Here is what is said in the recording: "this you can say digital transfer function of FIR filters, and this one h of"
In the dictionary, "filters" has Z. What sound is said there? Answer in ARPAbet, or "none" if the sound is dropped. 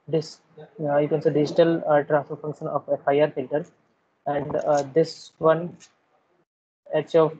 none